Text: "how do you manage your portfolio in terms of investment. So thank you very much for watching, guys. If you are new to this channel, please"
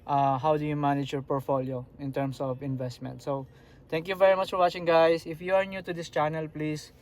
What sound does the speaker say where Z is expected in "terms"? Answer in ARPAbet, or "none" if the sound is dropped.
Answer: S